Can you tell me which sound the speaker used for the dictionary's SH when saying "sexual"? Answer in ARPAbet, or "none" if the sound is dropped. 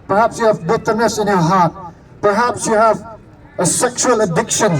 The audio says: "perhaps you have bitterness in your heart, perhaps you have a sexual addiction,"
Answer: SH